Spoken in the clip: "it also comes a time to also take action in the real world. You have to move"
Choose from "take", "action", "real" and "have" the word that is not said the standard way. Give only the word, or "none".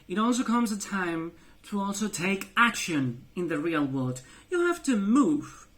have